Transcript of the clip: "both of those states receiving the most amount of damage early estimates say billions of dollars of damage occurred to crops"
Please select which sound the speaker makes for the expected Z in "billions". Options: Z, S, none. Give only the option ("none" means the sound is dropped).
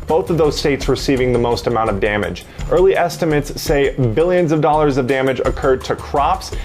Z